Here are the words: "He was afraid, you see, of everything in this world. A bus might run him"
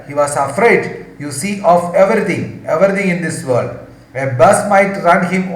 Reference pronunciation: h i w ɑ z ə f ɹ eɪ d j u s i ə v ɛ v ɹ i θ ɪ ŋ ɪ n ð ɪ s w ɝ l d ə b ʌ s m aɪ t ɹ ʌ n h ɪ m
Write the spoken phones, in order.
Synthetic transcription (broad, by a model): h i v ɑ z ə f ɹ eɪ d j u s i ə v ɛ v ɹ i t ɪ ŋ ɪ n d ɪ s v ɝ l d ə b ʌ s m aɪ t ɹ ʌ n h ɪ m